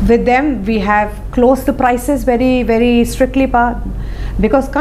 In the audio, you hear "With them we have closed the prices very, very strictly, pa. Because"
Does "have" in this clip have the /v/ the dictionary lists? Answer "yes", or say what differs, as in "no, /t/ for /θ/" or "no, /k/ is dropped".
yes